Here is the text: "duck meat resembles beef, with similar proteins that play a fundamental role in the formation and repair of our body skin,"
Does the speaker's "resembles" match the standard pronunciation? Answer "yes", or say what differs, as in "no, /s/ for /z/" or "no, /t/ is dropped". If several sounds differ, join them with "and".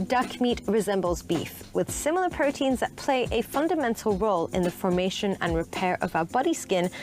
yes